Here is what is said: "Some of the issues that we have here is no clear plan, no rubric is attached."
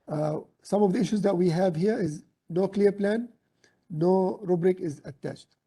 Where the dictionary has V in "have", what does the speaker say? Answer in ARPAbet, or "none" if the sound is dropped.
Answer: V